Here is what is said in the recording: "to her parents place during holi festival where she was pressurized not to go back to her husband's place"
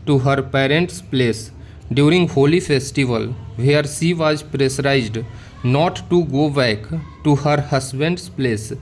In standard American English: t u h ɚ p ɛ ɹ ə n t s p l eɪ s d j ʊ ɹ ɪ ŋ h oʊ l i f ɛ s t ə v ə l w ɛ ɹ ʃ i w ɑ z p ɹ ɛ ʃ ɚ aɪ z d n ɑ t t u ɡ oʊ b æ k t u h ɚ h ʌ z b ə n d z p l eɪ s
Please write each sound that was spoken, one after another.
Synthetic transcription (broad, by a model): t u h ɚ p ɛ ɹ ə n t s p l eɪ s d j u ɹ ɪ ŋ h oʊ l i f ɛ s t ə v ə l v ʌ ɹ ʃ i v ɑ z p ɹ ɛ s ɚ aɪ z d n ɑ t t u ɡ oʊ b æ k t u h ɚ h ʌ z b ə n d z p l eɪ s